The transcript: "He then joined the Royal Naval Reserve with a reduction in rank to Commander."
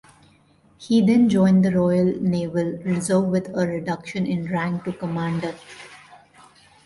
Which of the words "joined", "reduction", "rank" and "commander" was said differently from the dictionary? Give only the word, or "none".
none